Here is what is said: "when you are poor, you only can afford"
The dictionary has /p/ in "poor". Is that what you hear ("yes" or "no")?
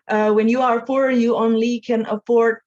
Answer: no